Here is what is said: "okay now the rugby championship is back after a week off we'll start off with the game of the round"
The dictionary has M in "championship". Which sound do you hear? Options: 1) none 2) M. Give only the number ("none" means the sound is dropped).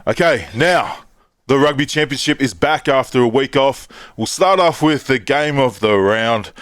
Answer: 2